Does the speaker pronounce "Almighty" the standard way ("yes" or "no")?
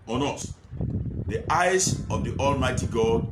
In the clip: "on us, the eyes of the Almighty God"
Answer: yes